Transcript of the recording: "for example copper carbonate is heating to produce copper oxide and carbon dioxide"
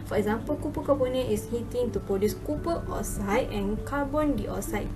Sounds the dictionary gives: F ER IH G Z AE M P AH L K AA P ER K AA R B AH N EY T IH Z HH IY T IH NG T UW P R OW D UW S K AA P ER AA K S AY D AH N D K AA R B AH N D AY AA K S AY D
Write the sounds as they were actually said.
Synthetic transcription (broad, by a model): F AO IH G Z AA M P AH L K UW P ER K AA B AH N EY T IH S HH IY T IH NG T UW P R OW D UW S K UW P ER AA S AY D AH N K AA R B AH N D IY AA S AY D